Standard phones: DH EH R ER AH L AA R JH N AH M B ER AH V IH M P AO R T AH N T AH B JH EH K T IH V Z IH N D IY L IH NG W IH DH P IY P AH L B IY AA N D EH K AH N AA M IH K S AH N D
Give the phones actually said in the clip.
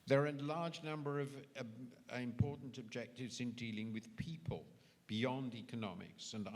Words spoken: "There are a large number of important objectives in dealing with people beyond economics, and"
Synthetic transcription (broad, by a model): DH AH R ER AH L AA R JH N AH M B ER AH V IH M P AO R T N T AH B JH EH K T IH V Z IH N D IY L IH NG W IH DH P IY P AH L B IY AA N D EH K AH N AA M IH K S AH N